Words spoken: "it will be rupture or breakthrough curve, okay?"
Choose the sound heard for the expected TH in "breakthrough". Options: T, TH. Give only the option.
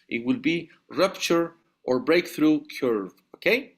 TH